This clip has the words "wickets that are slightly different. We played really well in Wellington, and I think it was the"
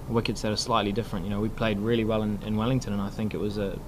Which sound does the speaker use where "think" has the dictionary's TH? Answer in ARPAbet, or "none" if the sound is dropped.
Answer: TH